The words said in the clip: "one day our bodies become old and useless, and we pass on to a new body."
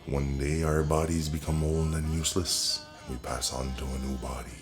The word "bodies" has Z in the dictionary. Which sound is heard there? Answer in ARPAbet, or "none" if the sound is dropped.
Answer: Z